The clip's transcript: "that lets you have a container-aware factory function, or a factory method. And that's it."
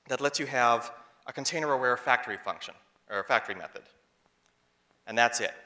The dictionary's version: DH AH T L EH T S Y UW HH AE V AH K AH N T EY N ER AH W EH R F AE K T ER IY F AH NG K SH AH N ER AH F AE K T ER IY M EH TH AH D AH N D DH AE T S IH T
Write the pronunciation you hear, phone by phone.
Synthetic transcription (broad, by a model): DH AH T L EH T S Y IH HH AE V AH K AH N T EY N ER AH W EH R F AE K T ER IY F AH NG K SH AH N ER AH F AE K T ER IY M EH TH AH D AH N DH AE T S IH T